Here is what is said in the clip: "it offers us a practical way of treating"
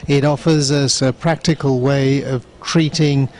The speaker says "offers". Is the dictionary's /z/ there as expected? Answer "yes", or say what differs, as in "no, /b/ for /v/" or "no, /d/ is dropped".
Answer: yes